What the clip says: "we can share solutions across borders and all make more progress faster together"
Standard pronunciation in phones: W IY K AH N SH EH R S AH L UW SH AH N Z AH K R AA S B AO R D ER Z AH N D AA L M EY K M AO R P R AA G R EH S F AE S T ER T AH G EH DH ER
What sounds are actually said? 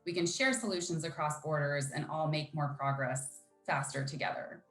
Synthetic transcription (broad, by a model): W IY K AH N SH EH R S AH L UW SH AH N Z AH K R AA S B AO R D ER Z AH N AA L M EY K M AO R P R AA G R EH S F AE S T ER T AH G EH DH ER